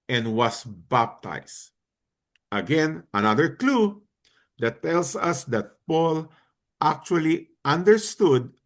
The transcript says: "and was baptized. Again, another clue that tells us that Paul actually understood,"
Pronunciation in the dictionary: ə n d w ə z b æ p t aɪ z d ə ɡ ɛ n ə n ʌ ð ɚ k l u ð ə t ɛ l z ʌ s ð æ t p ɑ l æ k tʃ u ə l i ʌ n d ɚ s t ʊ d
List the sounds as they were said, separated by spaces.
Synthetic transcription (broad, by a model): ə n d w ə s b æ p t aɪ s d ə ɡ ɛ n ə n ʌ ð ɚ k l u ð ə t ɛ l s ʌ s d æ t p ɑ l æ k tʃ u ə l i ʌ n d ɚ s t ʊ d